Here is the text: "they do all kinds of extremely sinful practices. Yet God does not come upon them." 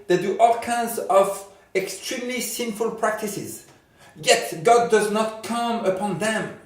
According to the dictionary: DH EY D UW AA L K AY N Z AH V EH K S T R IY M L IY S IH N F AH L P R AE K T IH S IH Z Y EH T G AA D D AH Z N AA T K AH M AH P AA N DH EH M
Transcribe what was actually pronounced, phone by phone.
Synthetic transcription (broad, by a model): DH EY D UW AA L K AY N Z AH V EH K S T R IY M L IY S IH N F AH L P R AE K T IH S IH Z Y EH T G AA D D AH Z N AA T K AH M AH P AA N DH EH M